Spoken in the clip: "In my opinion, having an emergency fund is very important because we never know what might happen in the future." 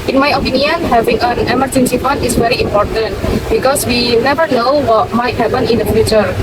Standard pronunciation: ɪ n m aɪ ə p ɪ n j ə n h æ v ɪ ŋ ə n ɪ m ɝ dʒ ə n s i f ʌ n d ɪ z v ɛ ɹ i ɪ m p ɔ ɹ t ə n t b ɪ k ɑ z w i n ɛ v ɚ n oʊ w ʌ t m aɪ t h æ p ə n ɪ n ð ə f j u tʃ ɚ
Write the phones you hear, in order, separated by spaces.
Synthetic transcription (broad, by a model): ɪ n m aɪ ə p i n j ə n h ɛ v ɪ ŋ ə n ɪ m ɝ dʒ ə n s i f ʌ n ɪ s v ɛ ɹ i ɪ m p ɔ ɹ t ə n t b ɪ k ɑ s w i n ɛ v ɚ n oʊ w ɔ t m aɪ t h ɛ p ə n ɪ n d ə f j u tʃ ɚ